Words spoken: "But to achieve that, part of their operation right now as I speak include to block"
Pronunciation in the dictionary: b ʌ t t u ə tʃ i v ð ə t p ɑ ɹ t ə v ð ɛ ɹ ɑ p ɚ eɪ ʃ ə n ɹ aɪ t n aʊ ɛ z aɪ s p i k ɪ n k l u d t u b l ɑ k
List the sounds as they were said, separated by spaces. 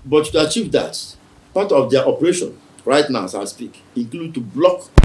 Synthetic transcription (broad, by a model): b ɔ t t u ə tʃ i v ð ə t p ɑ t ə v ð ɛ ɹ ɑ p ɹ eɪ ʃ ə n ɹ aɪ t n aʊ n s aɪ s p i k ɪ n k l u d t u b l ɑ k